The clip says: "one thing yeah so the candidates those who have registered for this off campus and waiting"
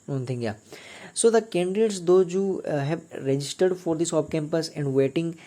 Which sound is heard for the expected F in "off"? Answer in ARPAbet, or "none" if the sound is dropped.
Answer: P